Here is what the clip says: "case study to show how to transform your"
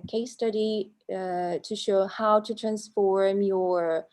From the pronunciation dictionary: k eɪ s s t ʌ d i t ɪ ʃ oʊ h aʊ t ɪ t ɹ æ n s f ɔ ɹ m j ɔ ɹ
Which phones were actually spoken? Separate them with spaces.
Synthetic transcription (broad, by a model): k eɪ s s t ʌ d i t ɪ ʃ oʊ h aʊ t ɪ t ɹ æ n s f ɔ ɹ m j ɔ ɹ